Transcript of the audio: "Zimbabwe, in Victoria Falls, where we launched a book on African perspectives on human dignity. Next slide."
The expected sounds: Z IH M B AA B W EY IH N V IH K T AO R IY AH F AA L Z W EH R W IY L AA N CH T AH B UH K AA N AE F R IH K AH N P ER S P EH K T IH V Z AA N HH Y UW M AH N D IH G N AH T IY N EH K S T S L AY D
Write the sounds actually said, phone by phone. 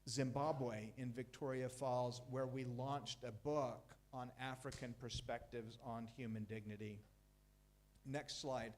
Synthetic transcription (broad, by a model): Z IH M B AA B W EY IH N V IH K T AO R IY AH F AA L Z W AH R W IY L AA N CH T AH B UH K N AE F R IH K AH N P ER S P EH K T IH V Z N HH Y UW M AH N D IH G N AH T IY N EH K S T S L AY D